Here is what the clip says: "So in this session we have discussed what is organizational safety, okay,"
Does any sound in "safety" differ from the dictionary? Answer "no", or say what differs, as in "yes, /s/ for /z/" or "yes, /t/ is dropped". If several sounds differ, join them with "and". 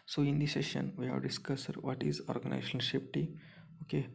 yes, /p/ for /f/